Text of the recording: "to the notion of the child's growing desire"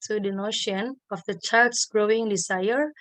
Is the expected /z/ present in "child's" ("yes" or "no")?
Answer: no